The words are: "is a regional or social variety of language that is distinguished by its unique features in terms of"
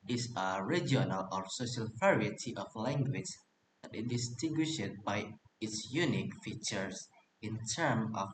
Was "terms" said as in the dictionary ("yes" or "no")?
no